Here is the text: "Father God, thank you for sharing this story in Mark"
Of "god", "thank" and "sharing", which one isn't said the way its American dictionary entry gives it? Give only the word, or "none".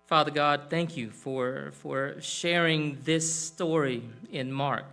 none